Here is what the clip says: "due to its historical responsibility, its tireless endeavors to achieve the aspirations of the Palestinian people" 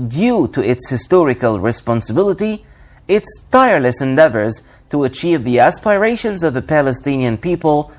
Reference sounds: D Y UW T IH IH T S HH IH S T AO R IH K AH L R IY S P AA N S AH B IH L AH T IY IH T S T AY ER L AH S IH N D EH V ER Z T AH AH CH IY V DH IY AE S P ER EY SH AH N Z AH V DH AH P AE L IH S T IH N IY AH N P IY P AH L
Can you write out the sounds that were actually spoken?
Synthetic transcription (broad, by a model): D Y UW T IH IH T S HH IH S T AO R IH K AH L R IY S P AA N S AH B IH L AH T IY IH T S T AY ER L AH S IH N D EH V ER Z T AH AH CH IY V DH IY AE S P ER EY SH AH N Z AH V DH AH P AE L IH S T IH N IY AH N P IY P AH L